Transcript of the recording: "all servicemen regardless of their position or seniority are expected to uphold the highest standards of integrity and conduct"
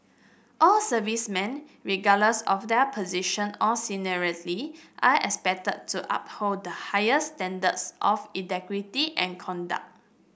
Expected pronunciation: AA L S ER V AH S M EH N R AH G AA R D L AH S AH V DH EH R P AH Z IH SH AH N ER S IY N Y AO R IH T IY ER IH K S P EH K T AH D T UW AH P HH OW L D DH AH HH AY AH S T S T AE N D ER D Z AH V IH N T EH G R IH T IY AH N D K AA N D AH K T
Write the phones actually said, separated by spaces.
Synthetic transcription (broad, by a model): AA L S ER V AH S M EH N R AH G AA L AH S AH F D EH P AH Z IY SH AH N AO S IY N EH R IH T IY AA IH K S P EH K T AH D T UW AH P HH OW D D AH HH AY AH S S T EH N D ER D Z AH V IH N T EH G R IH T IY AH N K AA N D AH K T